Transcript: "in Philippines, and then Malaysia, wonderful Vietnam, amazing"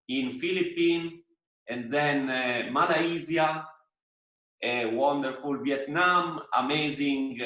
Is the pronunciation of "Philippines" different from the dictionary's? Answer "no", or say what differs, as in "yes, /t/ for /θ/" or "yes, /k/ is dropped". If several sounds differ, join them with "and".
yes, /z/ is dropped